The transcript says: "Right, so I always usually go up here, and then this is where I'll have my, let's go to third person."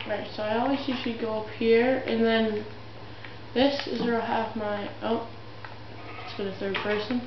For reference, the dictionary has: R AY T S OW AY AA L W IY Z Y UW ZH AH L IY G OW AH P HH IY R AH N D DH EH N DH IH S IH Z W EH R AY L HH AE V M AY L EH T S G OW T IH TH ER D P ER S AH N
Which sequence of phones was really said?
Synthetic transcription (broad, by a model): R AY T S OW AY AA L W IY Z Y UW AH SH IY G OW AH P HH IY R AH N DH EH N DH IH S IH Z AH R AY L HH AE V M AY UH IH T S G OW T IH TH ER D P ER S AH N